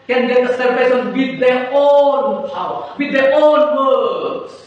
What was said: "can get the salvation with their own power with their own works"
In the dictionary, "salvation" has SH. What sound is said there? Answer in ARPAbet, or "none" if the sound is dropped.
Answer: S